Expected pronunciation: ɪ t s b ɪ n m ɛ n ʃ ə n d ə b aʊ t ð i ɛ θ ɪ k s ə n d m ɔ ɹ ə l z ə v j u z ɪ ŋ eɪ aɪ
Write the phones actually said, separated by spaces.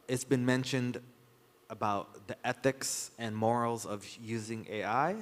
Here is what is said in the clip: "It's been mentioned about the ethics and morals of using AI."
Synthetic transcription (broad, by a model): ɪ t s b ɪ n m ɛ n ʃ ə n d ə b aʊ t ð i ɛ θ ɪ k s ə n m ɔ ɹ l z ə v j u z ɪ ŋ eɪ aɪ